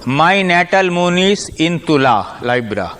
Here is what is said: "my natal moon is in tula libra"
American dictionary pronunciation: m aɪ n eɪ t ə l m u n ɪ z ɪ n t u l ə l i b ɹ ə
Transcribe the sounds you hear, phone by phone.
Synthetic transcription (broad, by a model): m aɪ n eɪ t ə l m u n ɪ s ɪ n t u l ə l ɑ b ɹ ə